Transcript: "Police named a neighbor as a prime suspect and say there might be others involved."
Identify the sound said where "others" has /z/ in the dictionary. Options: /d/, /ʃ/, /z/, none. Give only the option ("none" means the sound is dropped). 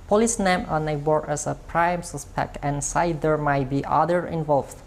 none